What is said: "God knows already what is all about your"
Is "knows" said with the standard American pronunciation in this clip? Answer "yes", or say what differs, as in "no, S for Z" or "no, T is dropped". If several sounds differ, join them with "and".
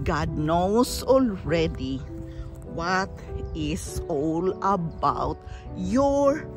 no, S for Z